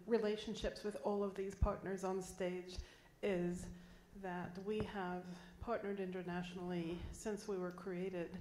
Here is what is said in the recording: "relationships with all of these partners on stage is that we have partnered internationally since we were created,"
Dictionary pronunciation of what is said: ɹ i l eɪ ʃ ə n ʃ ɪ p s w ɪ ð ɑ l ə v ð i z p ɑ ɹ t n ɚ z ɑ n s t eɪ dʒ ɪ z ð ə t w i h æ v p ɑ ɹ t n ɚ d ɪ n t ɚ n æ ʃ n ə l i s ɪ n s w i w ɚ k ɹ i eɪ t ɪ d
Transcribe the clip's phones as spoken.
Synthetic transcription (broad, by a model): ɹ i l eɪ ʃ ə n ʃ ɪ p s w ɪ ð ɑ l ə v ð i z p ɑ ɹ t n ɚ z n s t eɪ dʒ ɪ z ð ə t w i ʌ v p ɑ ɹ t n ɚ d ɪ n t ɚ n æ ʃ n l i s ɪ n s w i w ɚ k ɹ i eɪ t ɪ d